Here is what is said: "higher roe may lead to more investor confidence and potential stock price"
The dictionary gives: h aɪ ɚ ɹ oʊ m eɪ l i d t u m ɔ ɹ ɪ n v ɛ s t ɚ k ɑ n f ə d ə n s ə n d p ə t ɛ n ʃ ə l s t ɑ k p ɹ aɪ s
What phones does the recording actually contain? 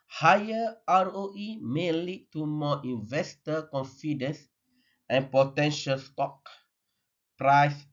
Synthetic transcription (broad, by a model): h aɪ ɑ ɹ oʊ m eɪ l i d t u m ɔ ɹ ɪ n v ɛ s t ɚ k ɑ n f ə d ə n s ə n p ə t ɛ n ʃ ə l s t ɑ k p ɹ aɪ s